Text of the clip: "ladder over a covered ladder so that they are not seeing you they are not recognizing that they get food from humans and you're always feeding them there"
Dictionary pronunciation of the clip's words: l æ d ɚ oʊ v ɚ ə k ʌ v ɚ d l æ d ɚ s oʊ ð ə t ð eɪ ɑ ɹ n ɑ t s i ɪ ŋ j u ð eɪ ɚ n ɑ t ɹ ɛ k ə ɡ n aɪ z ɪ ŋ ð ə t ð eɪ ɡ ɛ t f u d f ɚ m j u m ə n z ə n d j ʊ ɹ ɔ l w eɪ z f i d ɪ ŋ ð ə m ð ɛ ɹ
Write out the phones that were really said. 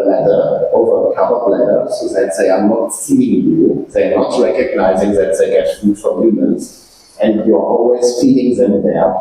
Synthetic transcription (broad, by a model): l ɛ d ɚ oʊ v ɚ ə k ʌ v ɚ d l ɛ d ɚ s oʊ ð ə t ð eɪ ɑ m n ɑ t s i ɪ ŋ j u ð eɪ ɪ n ɑ t ɹ ɛ k ə ɡ n aɪ z ɪ ŋ ð ə t ð eɪ ɡ ɛ t f u d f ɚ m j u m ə n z ə n d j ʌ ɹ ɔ l w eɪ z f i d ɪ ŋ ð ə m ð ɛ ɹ